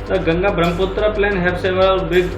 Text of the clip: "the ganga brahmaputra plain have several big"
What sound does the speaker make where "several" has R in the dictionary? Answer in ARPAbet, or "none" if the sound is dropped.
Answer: none